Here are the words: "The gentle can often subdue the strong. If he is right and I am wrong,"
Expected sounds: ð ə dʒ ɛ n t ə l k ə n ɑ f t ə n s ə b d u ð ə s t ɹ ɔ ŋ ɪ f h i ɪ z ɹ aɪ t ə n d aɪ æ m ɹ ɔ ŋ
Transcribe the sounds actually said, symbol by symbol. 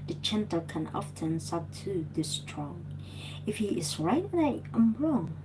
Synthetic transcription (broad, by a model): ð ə tʃ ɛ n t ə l k ə n ɑ f t ə n s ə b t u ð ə s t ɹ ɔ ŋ ɪ f h i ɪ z ɹ aɪ t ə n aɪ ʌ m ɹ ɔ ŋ